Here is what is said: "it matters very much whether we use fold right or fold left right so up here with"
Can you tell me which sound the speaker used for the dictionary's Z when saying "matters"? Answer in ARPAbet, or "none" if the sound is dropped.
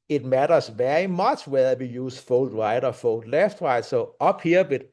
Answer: S